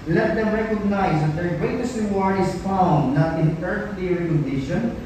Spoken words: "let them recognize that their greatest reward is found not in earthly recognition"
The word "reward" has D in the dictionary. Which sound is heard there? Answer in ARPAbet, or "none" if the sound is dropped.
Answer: none